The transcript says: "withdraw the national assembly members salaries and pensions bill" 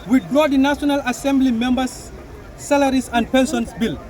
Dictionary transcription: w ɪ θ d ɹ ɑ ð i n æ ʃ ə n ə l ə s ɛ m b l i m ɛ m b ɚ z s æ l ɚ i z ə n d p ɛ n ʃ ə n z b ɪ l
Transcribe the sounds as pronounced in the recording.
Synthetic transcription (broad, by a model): w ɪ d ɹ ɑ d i n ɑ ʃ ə n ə l ə s ɛ m b l i m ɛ m b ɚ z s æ l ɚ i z ə n d p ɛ n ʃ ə n s b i l